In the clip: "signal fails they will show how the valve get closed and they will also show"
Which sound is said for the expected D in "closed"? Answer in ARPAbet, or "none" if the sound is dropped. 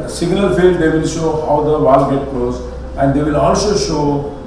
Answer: none